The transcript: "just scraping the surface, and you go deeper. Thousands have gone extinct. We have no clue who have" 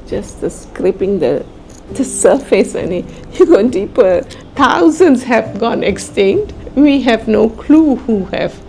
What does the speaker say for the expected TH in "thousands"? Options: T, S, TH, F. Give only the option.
T